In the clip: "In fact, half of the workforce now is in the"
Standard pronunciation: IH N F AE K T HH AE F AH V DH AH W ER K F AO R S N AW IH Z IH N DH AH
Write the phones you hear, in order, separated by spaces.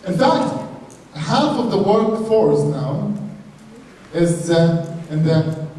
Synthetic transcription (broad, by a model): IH N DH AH T HH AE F AH V DH AH W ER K F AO R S N AW IH Z IH N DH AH